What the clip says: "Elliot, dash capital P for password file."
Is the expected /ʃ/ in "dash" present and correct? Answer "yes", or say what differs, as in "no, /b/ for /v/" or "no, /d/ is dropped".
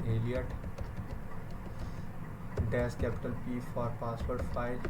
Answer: no, /s/ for /ʃ/